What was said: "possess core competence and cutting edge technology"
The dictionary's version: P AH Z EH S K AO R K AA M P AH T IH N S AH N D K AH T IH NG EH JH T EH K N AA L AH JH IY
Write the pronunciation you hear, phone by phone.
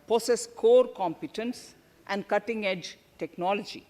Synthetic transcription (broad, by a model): P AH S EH S K AO R K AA M P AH T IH N S AH N D K AH T IH NG EH JH T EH K N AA L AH JH IY